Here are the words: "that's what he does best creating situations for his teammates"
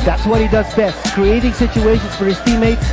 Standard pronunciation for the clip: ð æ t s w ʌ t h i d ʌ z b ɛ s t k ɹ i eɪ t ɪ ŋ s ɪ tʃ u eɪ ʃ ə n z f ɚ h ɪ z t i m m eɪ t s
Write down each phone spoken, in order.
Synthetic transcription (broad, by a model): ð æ t s w ʌ t h i d ʌ z b ɛ s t k ɹ i eɪ t ɪ ŋ s ɪ tʃ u eɪ ʃ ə n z f ɚ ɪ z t i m m eɪ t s